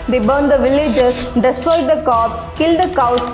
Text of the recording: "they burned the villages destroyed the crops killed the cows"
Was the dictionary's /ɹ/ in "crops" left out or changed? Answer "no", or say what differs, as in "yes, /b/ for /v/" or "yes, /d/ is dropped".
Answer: yes, /ɹ/ is dropped